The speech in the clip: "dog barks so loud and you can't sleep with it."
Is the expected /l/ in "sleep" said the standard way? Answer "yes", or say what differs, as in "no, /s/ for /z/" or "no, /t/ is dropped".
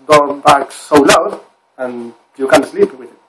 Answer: yes